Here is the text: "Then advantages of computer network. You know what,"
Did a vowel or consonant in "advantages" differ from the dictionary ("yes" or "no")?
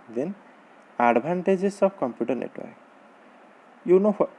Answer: yes